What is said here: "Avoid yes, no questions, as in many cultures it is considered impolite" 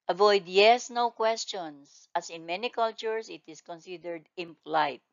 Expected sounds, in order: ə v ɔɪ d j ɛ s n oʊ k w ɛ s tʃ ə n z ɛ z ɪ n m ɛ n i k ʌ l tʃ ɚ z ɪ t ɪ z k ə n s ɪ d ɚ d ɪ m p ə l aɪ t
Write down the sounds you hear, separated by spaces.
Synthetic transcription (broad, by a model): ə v ɔɪ d j ɛ s n oʊ k w ɛ s tʃ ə n s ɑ s ɪ n m ɛ n i k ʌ l tʃ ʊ s ɪ t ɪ s k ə n s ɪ d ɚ d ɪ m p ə l aɪ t